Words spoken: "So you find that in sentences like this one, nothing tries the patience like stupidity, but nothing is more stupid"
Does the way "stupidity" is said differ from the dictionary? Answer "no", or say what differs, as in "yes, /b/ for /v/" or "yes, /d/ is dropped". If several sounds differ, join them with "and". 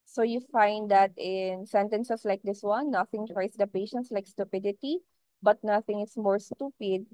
no